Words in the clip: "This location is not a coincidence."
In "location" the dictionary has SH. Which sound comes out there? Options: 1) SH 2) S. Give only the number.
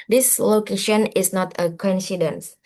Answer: 1